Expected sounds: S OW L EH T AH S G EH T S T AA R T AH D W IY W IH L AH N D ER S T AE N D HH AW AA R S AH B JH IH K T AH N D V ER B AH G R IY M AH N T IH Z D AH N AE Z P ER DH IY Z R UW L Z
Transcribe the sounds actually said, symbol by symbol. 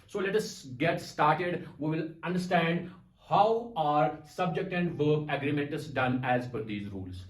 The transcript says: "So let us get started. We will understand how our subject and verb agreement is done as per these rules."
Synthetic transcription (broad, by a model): S OW L EH T AH S G EH T S T AA R T AH D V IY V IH L AH N D ER S T AE N D HH AW AA R S AH B JH IH K T AH N D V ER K AH G R IY M AH N T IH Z D AH N AE Z F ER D IY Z R UW L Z